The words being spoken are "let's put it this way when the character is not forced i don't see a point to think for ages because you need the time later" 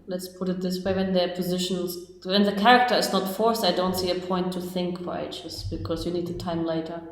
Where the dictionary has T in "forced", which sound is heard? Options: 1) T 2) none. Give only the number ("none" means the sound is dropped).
2